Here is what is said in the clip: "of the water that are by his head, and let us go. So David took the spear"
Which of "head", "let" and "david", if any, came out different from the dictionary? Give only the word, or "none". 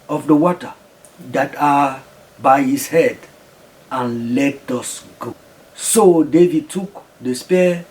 none